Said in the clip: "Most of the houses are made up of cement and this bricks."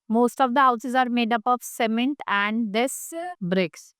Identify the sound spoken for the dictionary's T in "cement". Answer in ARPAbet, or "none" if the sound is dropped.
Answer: T